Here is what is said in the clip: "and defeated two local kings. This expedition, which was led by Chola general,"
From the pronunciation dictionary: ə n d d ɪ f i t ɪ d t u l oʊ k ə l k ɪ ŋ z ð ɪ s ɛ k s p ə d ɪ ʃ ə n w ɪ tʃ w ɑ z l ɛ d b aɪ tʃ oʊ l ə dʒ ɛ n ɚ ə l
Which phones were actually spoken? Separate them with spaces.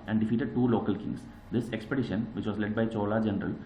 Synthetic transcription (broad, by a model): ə n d d ɪ f i t ɪ d t u l oʊ k ə l k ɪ ŋ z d ɪ s ɛ k s p ə d ɪ ʃ ə n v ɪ tʃ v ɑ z l ɛ d b aɪ tʃ oʊ l ə dʒ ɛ n ɚ ə l